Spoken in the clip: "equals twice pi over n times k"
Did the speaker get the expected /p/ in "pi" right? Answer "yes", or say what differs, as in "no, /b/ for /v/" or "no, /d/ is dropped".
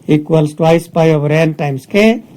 yes